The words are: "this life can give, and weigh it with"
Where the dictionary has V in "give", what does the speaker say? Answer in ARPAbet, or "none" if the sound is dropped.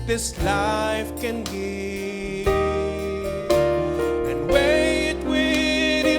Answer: none